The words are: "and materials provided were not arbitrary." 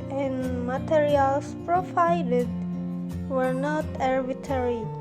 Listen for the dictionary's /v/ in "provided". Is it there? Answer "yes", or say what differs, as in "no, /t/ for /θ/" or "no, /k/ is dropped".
no, /f/ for /v/